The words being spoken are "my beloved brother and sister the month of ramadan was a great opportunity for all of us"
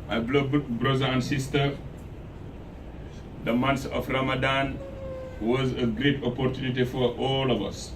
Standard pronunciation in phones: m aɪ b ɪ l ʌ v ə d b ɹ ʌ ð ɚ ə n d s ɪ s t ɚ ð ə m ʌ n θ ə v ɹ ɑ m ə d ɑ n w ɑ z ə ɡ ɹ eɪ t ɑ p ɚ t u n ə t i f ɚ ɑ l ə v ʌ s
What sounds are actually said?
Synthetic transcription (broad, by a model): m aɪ b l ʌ b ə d b ɹ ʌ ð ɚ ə n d s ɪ s t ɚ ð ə m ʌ n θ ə f ɹ ɑ m ə d ɑ n w ɑ z ə ɡ ɹ eɪ t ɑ p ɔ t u n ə t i f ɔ ɑ l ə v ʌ s